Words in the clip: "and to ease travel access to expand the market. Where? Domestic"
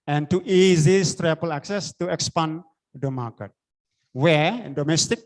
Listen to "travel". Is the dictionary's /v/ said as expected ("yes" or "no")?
no